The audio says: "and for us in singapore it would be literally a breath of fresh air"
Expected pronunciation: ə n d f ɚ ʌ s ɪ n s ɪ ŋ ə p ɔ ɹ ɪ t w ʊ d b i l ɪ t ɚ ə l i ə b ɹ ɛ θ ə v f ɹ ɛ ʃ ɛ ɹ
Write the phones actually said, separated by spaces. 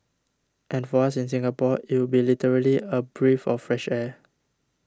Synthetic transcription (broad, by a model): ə n f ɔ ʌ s ɪ n s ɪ ŋ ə p ɔ ɪ t w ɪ b i l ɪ t ɚ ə l i ə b ɹ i f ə f ɹ ɛ ʃ ɛ